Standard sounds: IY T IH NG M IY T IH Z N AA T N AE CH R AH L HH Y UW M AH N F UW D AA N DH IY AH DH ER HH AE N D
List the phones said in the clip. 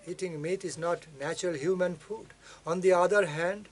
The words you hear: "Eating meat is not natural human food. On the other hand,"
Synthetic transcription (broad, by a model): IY T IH NG M IY T IH Z N AA T N AE CH R AH L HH Y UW M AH N F UW D AA N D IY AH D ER HH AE N D